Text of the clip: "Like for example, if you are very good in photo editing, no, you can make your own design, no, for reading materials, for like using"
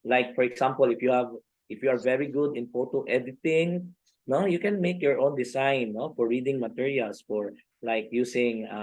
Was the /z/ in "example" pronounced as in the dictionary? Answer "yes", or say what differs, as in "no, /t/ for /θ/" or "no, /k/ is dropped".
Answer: no, /s/ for /z/